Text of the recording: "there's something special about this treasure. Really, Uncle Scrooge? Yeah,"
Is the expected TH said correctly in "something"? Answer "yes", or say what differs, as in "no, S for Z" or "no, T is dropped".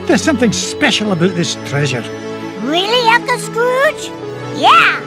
yes